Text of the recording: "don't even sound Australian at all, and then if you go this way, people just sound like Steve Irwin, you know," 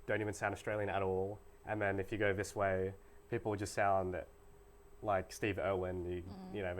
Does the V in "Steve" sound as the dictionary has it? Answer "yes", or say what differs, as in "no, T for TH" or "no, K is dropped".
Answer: yes